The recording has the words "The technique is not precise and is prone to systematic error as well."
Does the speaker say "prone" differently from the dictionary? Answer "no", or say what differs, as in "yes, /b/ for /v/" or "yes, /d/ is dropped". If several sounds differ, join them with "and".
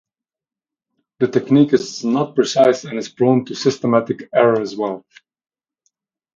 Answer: yes, /b/ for /p/